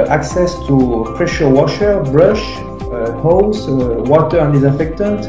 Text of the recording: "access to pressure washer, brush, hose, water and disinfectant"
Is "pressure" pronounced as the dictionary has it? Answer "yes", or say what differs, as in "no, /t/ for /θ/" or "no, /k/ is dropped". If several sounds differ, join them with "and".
yes